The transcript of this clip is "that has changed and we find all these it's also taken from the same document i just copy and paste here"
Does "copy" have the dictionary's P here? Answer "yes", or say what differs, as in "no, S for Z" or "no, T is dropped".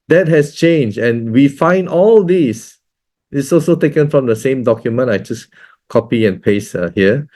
yes